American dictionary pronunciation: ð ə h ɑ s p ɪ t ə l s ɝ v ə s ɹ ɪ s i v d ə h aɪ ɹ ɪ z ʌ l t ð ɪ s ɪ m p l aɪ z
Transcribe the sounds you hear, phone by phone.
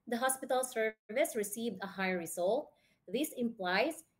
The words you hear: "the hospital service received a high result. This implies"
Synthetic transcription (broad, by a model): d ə h ɑ s p ɪ t ə l s ɝ v ə s ɹ ɪ s i v d ə h aɪ ɹ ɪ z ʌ l t ð ɪ s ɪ m p l aɪ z